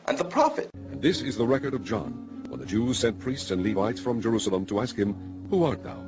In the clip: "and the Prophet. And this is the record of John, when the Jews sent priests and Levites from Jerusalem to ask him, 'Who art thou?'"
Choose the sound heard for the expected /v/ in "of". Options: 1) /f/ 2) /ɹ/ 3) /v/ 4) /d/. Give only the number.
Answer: 3